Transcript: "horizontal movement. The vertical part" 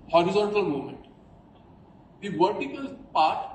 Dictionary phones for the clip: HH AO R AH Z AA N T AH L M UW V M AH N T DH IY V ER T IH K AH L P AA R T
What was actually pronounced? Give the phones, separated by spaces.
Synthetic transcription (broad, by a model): HH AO R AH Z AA N T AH L M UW M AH N T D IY V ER T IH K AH L P AA R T